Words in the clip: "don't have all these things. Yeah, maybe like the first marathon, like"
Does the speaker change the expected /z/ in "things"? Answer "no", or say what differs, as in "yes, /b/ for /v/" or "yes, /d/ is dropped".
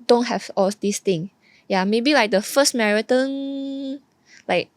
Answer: yes, /z/ is dropped